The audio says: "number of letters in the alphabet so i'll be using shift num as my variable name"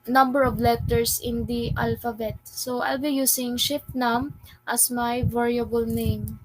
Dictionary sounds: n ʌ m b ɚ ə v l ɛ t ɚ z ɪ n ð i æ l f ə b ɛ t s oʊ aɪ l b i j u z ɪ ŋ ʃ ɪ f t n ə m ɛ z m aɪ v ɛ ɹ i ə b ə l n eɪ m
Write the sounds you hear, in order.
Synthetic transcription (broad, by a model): n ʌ m b ɚ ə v l ɛ t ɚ s ɪ n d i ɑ l f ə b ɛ t s oʊ aɪ l b i j u s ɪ ŋ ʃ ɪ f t n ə m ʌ s m aɪ v ɛ ɹ i ə b ə l n eɪ m